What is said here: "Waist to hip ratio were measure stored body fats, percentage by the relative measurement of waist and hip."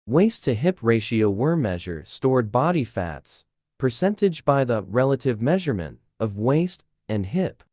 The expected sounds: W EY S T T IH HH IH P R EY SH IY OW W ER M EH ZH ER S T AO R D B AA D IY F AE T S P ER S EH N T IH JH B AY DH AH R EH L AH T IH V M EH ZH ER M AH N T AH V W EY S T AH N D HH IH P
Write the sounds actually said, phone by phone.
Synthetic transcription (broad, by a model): W EY S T T IH HH IH P R EY SH IY OW W ER M EH ZH ER S T AO R D B AA D IY F AE T S P ER S EH N T IH JH B AY DH AH R EH L AH T IH V M EH ZH ER M AH N T AH V W EY S T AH N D HH IH P